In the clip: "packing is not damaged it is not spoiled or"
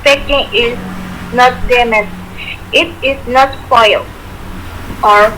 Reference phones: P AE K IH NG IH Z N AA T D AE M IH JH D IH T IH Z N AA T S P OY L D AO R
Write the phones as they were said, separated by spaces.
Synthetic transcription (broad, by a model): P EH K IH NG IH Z N AA T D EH M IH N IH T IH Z N AA T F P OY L AO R